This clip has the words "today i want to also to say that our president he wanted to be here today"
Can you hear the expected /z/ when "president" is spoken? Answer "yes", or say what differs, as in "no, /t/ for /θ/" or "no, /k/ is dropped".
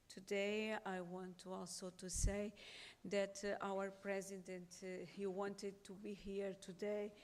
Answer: yes